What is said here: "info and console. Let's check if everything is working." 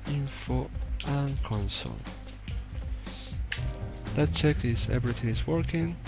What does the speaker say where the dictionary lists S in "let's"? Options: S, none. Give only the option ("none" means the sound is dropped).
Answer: none